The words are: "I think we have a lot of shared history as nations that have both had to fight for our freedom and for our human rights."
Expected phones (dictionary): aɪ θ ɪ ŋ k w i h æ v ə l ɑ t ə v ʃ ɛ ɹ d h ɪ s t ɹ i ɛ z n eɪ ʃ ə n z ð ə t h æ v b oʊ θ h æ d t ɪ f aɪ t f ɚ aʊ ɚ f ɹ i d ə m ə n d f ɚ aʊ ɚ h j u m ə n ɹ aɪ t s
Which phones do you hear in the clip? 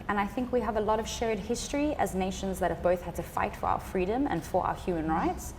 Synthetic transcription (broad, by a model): aɪ θ ɪ ŋ k w i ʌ v ə l ɑ t ə v ʃ ɛ ɹ d h ɪ s t ɹ i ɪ z n eɪ ʃ ə n z ð ə t h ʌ v b oʊ θ h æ d t ɪ f aɪ t f ɚ aʊ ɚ f ɹ i d ə m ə n f ɚ aʊ ɚ h j u m ə n ɹ aɪ t s